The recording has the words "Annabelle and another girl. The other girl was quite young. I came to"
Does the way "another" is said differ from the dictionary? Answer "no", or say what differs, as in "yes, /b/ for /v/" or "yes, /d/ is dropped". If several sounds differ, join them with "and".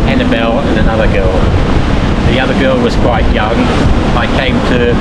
no